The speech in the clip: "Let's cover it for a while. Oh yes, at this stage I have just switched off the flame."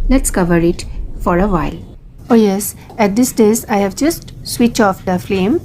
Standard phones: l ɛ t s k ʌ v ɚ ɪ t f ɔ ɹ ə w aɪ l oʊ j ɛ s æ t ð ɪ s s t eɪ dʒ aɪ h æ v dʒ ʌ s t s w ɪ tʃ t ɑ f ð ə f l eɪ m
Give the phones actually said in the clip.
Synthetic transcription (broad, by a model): l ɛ t s k ʌ v ɚ ɪ t f ɔ ɹ ə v aɪ l oʊ j ɛ s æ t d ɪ s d eɪ z aɪ h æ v dʒ ʌ s t s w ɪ tʃ ɑ f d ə f l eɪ m